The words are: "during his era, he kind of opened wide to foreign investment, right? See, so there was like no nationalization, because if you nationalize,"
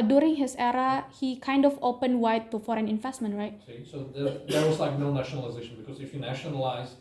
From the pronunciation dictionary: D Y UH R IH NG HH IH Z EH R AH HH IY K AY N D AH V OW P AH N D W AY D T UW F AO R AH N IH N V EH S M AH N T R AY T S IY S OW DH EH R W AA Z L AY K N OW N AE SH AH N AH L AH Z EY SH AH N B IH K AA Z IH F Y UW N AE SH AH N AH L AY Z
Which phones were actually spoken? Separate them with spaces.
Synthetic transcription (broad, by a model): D Y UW R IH NG HH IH S EH R AH HH IY K AY N D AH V OW P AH N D W AY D T UW F AO R AH N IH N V EH S M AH N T R AY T S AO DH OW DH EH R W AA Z L AY K N OW N AE SH AH N AH L AH Z EY SH AH N B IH K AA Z IH F Y UW N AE SH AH N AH L AY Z